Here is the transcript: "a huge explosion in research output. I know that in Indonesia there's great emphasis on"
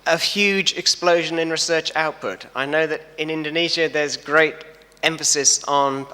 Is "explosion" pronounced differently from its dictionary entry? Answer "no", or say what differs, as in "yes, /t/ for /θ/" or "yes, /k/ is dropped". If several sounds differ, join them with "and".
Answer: no